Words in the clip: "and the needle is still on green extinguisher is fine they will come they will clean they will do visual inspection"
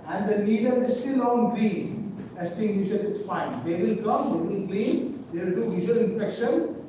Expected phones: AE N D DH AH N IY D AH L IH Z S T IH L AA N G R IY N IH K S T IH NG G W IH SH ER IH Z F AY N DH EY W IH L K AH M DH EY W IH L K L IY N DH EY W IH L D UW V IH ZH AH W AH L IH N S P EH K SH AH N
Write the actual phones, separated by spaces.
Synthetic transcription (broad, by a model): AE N D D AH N IY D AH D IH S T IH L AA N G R IY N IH S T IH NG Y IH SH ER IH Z F AY N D EY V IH L K AH M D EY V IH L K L IY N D EY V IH L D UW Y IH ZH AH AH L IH N S P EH K SH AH N